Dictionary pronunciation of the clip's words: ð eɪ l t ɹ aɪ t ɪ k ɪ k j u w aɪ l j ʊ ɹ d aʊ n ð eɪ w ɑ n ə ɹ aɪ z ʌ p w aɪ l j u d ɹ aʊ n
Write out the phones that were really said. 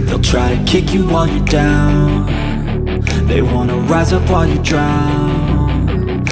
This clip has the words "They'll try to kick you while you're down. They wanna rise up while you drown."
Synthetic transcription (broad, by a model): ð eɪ l t ɹ aɪ t ɪ k ɪ k j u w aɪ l j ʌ ɹ d aʊ n ð eɪ w ɑ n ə ɹ aɪ z ʌ p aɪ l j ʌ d ɹ aʊ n